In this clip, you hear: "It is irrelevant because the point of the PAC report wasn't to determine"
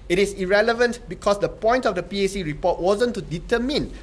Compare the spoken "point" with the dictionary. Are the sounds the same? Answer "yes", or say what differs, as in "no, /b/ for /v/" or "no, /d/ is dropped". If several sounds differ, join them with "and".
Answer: yes